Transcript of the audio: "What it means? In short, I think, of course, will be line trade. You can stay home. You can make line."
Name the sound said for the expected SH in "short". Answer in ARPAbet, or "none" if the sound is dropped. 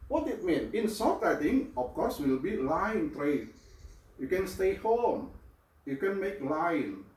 S